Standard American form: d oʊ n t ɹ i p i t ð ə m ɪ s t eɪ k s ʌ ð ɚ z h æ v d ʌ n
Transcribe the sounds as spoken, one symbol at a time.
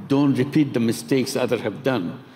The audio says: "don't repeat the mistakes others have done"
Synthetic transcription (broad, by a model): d oʊ n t ɹ i p i t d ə m ɪ s t eɪ k s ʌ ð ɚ h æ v d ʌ n